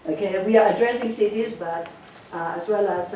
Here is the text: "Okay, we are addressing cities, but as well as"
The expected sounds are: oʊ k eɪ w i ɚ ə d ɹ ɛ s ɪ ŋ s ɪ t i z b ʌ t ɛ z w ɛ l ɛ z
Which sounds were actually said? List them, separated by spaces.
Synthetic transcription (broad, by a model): oʊ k eɪ w i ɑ ə d ɹ ɛ s ɪ ŋ s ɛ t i s b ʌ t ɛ s w ɛ l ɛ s